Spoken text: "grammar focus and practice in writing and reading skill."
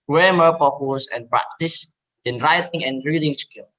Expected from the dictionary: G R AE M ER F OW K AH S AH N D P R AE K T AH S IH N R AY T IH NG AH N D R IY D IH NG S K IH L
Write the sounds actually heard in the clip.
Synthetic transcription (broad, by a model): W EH M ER P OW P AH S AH N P R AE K T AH S IH N R AY T IH NG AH N R IY D IH NG S K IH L